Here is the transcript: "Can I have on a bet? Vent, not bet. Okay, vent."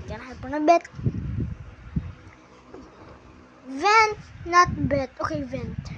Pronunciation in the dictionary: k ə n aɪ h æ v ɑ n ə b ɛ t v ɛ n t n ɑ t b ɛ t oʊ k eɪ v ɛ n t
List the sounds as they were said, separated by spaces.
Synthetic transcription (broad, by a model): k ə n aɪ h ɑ p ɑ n ə b ɛ t v ɛ n t n ɑ t b ɛ t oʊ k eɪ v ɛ n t